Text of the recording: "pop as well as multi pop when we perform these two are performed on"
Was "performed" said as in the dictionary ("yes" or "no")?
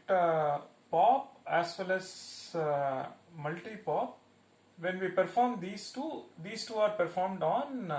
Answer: yes